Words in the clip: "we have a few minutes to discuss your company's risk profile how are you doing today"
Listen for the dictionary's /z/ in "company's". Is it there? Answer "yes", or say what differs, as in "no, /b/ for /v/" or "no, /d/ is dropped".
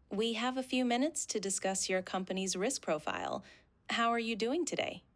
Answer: yes